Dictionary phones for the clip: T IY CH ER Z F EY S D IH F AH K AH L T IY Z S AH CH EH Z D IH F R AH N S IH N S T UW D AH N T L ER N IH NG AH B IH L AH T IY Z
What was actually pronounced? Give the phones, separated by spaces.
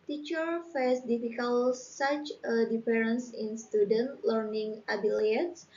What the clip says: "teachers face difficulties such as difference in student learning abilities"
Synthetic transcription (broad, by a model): T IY CH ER F EY S D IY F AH K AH L S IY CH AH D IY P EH R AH N S IH N S T UW D AH N T L ER N IH NG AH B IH L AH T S